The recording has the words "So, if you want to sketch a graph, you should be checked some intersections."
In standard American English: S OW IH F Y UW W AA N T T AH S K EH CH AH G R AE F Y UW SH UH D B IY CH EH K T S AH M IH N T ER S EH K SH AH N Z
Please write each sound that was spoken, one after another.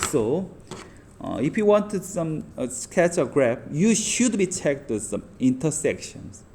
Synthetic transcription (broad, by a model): S OW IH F Y UW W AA N T S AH S K EH CH AH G R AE P Y UW SH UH D B IY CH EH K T S AH M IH N T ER S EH K SH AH N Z